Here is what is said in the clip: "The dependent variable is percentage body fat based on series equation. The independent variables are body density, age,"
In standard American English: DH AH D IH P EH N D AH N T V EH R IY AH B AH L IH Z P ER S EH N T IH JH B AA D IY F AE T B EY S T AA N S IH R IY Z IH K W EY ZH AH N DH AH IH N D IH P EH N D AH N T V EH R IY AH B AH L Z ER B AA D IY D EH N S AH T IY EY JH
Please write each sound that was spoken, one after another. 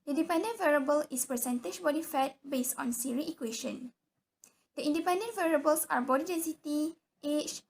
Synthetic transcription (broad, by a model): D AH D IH P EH N D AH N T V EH R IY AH B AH L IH S P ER S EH N T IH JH B AA D IY F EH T B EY S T AA N S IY R IY IH K W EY SH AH N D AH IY N D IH P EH N D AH N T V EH R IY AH B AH L S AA B AA D IY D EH N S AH T IY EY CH